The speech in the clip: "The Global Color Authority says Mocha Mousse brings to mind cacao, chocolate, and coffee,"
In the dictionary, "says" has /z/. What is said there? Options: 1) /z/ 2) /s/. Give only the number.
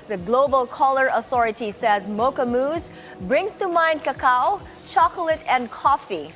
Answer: 1